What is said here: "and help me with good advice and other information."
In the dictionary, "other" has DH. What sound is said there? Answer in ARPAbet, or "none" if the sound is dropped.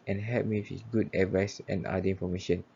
none